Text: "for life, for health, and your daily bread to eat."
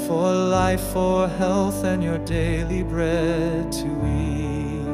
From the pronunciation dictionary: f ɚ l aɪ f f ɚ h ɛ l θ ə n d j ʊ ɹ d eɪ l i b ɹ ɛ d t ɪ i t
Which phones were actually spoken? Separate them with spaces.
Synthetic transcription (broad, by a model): f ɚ l aɪ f f ɚ h ɛ l θ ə n j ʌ ɹ d eɪ l i b ɹ ɛ d t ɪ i